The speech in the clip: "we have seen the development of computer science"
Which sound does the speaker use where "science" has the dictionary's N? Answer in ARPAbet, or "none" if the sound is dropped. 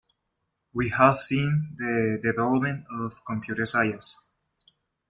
none